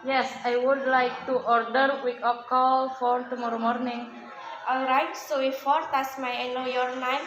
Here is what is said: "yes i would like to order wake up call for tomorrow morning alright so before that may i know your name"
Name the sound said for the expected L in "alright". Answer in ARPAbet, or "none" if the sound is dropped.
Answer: L